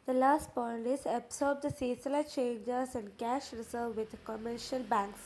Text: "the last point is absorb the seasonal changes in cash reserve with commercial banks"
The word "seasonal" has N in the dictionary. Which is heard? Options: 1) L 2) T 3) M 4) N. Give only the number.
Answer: 1